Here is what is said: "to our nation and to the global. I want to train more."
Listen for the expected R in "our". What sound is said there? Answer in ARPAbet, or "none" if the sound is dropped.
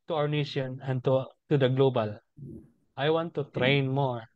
W